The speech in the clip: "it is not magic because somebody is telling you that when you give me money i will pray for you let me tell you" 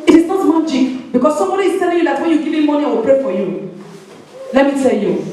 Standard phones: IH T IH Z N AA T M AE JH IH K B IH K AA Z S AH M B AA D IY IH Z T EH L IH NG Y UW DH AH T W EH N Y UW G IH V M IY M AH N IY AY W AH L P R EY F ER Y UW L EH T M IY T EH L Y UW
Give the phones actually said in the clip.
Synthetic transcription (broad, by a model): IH T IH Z N AA T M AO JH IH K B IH K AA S S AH M B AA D IY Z T EH L IH NG Y UW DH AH T W EH N Y UW G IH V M M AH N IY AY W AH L P R EY F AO Y UW L EH T M IY T EH L Y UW